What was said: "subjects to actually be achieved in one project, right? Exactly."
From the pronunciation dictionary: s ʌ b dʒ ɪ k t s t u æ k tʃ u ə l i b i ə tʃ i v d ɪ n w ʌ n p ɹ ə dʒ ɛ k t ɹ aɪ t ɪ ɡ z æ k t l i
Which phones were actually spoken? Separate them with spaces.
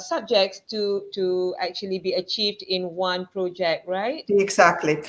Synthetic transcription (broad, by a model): s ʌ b dʒ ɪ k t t t u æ k tʃ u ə l i b i ə tʃ i v d ɪ n w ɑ n p ɹ ə dʒ ɛ k t ɹ aɪ t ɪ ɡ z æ k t l i